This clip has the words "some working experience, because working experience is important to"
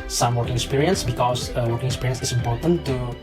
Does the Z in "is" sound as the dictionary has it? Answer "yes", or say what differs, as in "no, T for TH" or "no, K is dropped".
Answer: no, S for Z